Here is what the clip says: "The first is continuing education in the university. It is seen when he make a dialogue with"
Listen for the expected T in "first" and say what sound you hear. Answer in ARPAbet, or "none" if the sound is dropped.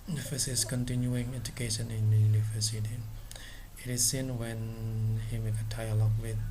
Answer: none